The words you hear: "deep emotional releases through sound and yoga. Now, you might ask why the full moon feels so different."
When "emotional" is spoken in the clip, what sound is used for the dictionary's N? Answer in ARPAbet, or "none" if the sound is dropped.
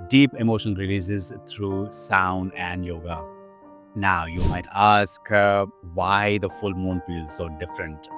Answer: none